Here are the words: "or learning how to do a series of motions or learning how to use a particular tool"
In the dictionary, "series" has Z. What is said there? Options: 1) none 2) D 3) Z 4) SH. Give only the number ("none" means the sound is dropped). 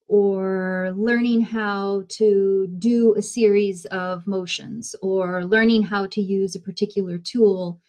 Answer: 3